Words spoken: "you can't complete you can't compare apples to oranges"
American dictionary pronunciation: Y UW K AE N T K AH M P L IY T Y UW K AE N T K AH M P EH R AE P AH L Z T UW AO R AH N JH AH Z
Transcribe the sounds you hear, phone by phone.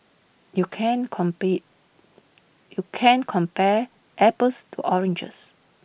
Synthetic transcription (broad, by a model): Y UW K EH N K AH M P IY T Y UW K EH N K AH M P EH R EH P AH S T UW AO R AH N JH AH S